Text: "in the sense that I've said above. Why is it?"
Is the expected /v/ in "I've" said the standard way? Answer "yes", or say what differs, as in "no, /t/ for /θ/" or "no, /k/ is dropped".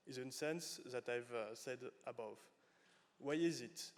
yes